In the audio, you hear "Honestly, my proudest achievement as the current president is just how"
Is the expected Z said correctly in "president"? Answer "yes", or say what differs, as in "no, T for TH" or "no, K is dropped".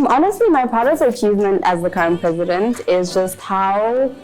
yes